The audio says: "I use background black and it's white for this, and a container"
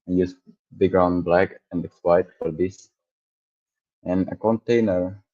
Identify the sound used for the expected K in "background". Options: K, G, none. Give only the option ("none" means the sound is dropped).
none